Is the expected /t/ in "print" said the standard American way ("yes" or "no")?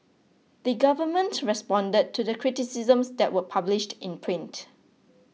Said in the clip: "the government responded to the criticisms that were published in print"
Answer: yes